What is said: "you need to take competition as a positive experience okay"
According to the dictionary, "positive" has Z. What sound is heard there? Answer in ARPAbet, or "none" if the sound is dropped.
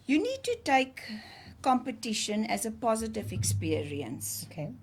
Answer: Z